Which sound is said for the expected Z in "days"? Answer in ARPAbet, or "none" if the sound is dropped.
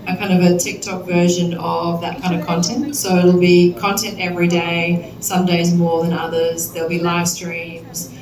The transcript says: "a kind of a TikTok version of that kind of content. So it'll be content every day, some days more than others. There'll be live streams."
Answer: Z